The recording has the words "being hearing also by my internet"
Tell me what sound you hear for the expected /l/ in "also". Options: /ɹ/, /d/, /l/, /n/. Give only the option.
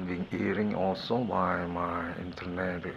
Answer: /l/